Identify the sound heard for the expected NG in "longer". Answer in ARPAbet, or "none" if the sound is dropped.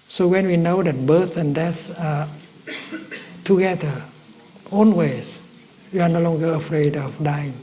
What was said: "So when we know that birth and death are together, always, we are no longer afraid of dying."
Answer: NG